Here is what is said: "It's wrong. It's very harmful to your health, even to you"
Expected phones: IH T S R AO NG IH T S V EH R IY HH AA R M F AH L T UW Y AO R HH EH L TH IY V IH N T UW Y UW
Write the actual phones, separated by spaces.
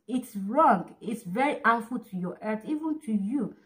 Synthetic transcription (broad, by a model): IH T S R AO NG IH T S V EH R IY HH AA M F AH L T UW Y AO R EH TH IY V IH N T UW Y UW